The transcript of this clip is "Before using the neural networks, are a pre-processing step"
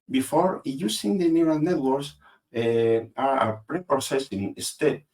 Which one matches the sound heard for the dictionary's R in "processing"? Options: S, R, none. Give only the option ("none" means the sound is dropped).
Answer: none